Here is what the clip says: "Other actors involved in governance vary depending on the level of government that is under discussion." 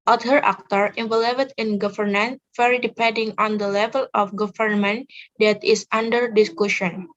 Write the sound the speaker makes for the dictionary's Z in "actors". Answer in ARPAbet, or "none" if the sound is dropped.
none